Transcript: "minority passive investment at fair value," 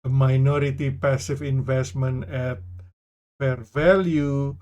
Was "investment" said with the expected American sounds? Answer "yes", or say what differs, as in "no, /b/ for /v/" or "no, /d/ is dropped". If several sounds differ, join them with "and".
no, /t/ is dropped